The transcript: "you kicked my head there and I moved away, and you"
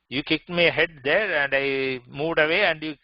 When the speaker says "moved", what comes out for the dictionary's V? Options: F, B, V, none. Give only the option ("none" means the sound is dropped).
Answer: V